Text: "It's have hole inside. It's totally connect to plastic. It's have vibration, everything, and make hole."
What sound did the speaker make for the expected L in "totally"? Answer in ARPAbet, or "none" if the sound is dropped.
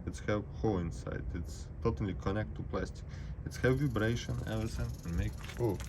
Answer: L